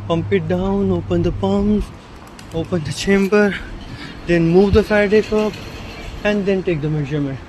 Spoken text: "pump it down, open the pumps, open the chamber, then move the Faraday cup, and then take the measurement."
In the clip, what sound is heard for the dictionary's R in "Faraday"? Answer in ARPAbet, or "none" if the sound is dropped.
none